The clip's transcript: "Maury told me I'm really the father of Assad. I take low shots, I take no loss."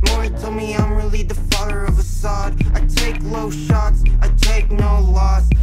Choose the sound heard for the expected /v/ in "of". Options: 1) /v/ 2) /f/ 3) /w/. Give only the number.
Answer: 1